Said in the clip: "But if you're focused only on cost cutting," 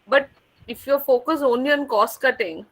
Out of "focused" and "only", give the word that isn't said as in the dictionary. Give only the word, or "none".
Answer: focused